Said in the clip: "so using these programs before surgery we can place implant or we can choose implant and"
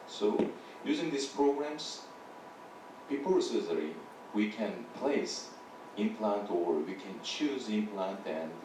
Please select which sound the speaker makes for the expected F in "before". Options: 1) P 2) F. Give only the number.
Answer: 1